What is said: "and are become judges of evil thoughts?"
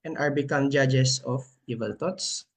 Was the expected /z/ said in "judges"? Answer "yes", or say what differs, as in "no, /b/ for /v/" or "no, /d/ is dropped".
no, /s/ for /z/